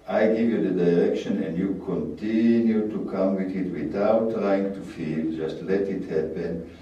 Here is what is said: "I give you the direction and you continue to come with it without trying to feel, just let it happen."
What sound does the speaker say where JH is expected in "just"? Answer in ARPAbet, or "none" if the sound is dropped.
JH